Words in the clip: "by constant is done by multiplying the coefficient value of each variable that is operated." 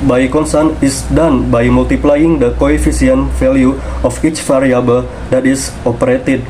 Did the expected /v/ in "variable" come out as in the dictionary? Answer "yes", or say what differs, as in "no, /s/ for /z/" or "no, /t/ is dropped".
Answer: no, /f/ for /v/